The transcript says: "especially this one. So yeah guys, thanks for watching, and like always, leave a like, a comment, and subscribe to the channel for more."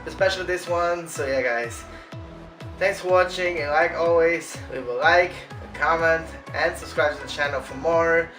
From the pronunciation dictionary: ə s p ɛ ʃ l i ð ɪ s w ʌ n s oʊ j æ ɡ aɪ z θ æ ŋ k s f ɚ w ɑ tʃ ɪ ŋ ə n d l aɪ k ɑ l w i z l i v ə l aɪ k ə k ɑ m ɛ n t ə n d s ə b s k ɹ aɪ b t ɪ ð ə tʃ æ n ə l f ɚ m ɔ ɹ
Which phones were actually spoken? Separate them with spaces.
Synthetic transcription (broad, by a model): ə s p ɛ ʃ l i ð ɪ s w ʌ n s oʊ j æ ɡ aɪ z θ æ ŋ k s f ɚ w ɑ tʃ ɪ ŋ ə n l aɪ k ɑ l w i z w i w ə l aɪ k ə k ɑ m ɛ n t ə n s ə b s k ɹ aɪ b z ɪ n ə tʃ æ n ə l f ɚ m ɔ ɹ